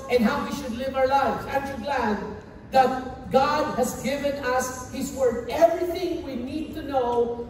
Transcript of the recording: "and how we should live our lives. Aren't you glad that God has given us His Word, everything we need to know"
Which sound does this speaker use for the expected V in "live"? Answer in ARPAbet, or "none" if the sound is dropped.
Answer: V